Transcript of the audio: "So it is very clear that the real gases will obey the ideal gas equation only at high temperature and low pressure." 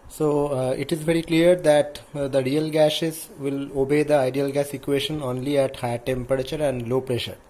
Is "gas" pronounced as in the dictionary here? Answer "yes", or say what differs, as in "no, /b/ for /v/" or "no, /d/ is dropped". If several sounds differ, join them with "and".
yes